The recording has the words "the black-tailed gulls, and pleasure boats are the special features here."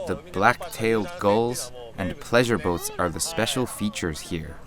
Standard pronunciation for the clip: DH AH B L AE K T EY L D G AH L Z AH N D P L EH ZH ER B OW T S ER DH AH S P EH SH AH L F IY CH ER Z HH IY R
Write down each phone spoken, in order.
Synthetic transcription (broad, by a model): DH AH B L AE K T EY L D G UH L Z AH N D P L EH ZH ER B OW T S ER DH AH S P EH SH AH L F IY CH ER Z HH IY R